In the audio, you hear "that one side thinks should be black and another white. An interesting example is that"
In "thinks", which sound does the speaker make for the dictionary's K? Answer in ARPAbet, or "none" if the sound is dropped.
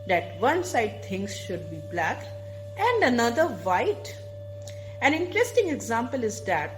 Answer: none